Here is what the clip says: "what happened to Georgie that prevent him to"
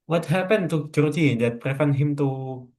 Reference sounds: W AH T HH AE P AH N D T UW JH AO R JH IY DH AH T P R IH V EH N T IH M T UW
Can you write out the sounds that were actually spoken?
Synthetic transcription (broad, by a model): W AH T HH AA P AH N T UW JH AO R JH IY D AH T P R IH F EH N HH IH M T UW